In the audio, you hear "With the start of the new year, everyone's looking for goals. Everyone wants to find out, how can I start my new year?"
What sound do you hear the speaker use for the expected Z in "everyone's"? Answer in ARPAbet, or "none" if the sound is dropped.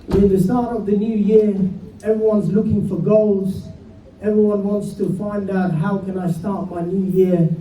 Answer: Z